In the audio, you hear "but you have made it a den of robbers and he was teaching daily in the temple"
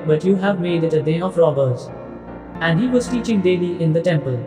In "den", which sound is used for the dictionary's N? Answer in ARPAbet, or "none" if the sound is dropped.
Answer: none